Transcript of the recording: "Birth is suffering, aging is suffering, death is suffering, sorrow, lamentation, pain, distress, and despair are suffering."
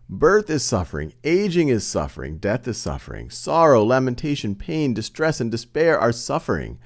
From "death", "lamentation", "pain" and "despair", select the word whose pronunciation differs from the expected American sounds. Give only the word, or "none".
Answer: none